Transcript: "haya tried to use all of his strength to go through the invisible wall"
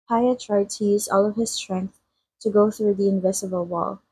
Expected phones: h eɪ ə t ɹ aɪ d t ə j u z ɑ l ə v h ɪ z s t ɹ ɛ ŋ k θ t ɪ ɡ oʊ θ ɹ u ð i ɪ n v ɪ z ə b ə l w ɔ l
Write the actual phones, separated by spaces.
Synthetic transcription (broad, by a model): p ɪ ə t ɹ aɪ d t ə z ɑ l ə v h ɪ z s t ɹ ɛ ŋ k θ t ɪ ɡ oʊ θ ɹ u ð i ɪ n v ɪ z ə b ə l w ɔ l